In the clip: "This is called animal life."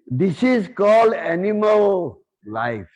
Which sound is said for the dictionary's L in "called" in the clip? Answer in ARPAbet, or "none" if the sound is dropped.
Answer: L